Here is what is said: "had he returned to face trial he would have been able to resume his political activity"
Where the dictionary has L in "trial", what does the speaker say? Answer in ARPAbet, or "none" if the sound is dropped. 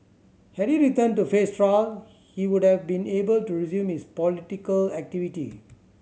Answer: L